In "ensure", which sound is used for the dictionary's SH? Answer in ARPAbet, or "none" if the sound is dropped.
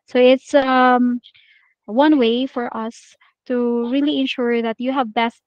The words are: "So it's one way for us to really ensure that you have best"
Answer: SH